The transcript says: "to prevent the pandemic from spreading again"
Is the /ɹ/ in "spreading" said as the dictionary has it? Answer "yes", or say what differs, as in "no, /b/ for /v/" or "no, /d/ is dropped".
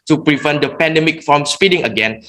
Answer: no, /ɹ/ is dropped